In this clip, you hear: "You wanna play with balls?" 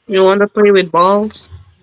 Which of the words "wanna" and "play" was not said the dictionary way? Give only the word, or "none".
none